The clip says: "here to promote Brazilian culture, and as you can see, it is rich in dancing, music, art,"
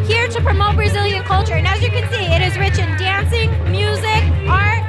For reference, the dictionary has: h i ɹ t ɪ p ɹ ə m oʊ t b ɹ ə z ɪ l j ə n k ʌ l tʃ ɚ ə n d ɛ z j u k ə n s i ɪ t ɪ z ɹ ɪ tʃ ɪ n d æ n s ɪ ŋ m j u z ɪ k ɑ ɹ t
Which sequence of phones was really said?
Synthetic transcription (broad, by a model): h i ɹ t ɪ p ɹ ə m oʊ t ɹ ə z ɪ l j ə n k ʌ l tʃ ɚ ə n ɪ z j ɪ k ə n s i ɪ t ɪ z ɹ ɪ tʃ ɪ n d æ n s ɪ ŋ m j u z ɪ k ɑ ɹ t